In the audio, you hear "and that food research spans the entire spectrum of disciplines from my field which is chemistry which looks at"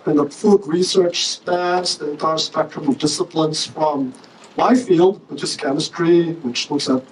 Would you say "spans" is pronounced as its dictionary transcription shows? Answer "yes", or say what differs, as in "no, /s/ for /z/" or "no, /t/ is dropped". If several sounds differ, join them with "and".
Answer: no, /n/ is dropped